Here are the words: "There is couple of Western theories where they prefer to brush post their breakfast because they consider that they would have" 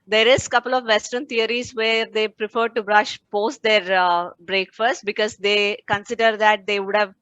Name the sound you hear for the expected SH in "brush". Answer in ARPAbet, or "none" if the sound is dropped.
SH